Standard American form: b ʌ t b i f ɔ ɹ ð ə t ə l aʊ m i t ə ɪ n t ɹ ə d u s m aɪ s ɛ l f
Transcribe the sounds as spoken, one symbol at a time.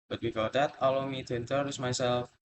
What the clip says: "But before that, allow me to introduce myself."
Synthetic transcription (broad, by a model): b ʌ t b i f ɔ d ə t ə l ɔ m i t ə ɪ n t ə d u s m aɪ s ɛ l f